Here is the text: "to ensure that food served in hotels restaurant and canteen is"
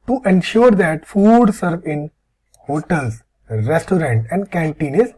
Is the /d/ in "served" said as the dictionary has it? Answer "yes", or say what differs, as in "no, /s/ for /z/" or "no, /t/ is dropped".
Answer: no, /d/ is dropped